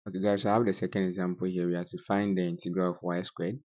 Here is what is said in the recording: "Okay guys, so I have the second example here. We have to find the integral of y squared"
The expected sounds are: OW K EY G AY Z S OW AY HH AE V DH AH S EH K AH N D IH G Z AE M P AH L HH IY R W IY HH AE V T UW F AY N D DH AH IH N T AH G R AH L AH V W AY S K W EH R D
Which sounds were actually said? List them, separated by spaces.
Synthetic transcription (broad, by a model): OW K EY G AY S OW AY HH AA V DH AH S EH K AH N D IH G Z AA M P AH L HH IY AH W IY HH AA T UW F AY N D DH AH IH N T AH G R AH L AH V W AY S K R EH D